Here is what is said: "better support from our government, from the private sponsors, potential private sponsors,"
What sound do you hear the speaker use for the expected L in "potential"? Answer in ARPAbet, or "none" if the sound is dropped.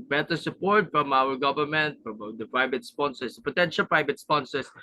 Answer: L